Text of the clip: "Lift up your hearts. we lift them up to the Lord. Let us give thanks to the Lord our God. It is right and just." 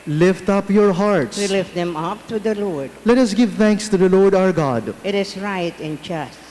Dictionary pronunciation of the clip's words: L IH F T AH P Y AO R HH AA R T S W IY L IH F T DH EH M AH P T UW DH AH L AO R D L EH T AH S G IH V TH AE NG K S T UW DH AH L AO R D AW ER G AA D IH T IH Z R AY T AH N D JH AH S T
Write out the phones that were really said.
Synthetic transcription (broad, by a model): L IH F T AH P Y AO R HH AA R T S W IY L IH F T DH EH M AH P T UW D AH L AO R D L EH T AH S G IH V T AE NG K S T UW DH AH L AO R D AW ER G AA D IH T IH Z R AY T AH N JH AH S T